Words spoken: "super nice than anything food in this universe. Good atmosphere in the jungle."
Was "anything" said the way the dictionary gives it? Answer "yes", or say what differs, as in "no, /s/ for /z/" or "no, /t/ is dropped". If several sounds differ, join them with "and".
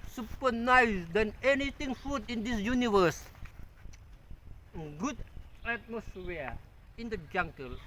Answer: no, /t/ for /θ/